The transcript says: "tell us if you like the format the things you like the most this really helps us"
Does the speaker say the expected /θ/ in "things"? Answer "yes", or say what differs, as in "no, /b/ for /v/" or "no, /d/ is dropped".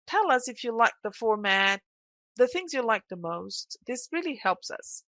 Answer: yes